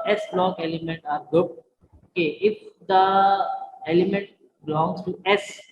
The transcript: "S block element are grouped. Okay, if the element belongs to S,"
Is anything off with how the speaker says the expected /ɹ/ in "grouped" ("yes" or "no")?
yes